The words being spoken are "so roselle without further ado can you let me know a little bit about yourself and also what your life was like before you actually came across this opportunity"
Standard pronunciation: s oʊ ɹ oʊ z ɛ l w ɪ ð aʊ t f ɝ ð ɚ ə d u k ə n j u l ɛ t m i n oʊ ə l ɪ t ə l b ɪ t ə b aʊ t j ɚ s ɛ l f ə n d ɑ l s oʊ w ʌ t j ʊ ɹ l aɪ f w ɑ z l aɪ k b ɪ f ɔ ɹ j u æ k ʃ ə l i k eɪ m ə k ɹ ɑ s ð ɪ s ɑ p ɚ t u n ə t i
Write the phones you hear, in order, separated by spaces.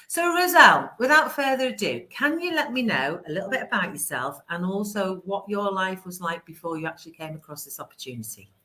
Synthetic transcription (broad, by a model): s oʊ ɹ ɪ z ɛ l w ɪ ð aʊ t f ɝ ð ɚ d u k ə n j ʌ l ɛ t m i n oʊ ə l ɪ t l b ɪ t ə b aʊ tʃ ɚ s ɛ l f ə n ɑ l s oʊ w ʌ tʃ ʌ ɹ l aɪ f w ɑ z l aɪ k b ɪ f ɔ j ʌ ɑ k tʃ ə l i k eɪ m ə k ɹ ɑ s ð ɪ s ɑ p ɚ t u n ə t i